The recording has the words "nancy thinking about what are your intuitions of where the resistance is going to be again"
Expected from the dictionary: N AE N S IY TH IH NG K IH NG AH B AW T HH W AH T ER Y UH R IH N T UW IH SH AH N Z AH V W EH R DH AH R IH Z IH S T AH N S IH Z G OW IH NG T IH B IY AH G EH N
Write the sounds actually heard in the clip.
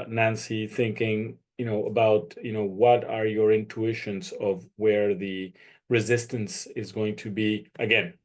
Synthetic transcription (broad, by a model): N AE N S IY TH IH NG K IH NG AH B AW T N W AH T ER Y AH R IH N T UW IH SH AH N Z AH V W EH R DH AH R IH Z IH S T AH N S IH Z G OW IH NG T IH B IY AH G EH N